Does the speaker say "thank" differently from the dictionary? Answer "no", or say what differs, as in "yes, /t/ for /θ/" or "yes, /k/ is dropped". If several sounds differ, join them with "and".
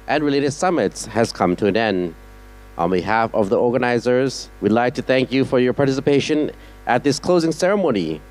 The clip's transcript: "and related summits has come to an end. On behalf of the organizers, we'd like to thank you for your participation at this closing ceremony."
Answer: no